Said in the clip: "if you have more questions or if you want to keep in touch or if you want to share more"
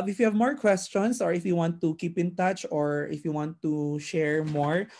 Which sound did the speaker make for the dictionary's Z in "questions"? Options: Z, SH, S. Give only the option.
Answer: S